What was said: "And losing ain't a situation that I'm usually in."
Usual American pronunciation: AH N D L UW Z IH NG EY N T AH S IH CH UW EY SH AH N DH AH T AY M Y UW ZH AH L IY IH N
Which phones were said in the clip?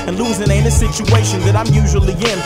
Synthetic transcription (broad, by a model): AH N L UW Z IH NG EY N AH S IH CH UW EY SH AH N DH AH T AY M Y UW ZH AH L IY IH N